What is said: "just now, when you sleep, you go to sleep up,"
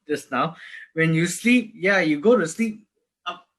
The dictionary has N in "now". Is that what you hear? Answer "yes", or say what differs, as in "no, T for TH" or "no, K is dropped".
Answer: yes